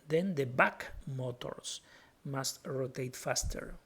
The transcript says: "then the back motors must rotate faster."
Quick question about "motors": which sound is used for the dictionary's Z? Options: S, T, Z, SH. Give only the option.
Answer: S